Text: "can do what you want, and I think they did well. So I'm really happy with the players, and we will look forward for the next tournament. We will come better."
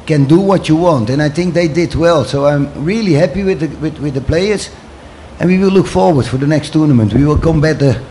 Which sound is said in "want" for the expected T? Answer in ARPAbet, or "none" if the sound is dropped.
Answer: T